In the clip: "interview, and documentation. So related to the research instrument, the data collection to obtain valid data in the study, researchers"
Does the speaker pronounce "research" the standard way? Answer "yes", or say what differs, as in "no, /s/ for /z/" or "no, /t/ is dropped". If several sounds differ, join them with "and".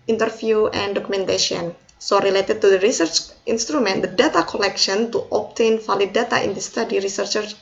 yes